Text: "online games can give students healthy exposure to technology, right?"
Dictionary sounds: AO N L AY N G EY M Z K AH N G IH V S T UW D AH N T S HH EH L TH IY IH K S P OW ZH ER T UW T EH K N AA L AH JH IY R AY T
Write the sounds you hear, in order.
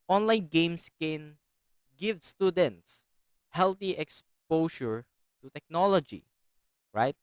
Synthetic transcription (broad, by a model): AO N L AY N G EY M S K AH N G IH V S T UW D AH N T S HH EH L T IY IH K S P OW SH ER T UW T EH K N AA L AH JH IY R AY T